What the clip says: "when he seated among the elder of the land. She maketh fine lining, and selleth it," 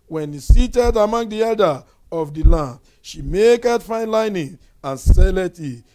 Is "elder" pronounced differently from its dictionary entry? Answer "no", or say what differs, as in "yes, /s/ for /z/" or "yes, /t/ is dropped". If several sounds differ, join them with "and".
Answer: yes, /l/ is dropped